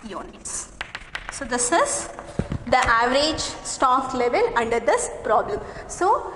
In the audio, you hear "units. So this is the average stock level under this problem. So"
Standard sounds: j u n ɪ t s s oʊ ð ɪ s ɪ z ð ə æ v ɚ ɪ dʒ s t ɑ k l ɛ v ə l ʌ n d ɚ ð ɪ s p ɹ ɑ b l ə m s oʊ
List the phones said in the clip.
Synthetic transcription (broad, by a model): j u n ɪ t s s oʊ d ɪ s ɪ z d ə æ v ɚ ɪ dʒ s t ɑ k l ɛ v ə l ʌ n d ɚ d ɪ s p ɹ ɑ b l ə m s oʊ